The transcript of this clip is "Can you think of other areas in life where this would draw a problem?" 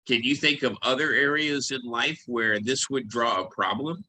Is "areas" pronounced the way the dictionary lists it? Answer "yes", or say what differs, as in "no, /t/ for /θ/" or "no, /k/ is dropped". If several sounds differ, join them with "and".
yes